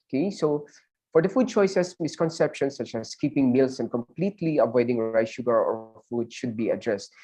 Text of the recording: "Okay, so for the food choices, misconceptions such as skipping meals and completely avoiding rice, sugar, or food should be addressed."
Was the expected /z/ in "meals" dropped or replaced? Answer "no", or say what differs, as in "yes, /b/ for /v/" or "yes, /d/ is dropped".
yes, /s/ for /z/